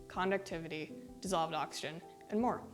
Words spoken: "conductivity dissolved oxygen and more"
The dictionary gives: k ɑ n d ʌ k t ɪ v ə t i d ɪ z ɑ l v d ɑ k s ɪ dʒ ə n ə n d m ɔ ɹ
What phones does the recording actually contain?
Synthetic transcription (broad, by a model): k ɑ n d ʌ k t ɪ v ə t i d ɪ z ɑ l v d ɑ k s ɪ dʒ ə n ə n m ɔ ɹ